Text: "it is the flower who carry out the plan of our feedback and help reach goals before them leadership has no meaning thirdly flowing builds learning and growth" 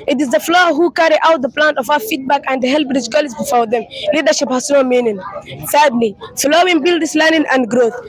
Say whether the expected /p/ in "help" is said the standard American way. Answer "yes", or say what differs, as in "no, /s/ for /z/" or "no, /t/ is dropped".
no, /b/ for /p/